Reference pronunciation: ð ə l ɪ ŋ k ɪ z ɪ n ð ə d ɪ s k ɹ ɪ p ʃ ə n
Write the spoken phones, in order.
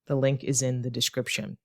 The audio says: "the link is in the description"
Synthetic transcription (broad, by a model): ð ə l ɪ ŋ k ɪ z ɪ n ð ə d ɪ s k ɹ ɪ p ʃ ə n